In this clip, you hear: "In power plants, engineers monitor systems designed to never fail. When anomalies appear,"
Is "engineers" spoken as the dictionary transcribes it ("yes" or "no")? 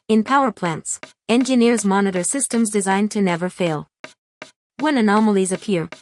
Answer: yes